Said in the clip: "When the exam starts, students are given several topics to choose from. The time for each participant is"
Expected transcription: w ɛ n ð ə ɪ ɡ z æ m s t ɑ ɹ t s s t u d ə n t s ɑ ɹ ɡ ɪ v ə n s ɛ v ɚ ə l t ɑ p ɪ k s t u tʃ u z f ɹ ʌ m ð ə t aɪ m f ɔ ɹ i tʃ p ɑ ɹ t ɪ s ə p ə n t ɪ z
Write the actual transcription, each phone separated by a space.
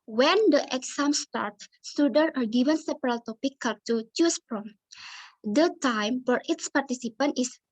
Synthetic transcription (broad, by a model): w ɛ n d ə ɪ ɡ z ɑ m s t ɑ ɹ t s s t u d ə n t ɑ ɹ ɡ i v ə n s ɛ p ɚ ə l t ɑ p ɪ k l t u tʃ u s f ɹ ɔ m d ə t aɪ m f ɔ ɹ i s p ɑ ɹ t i s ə p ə n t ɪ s